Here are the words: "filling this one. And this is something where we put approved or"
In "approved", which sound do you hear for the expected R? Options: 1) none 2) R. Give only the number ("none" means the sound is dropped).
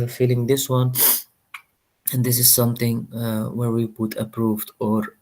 2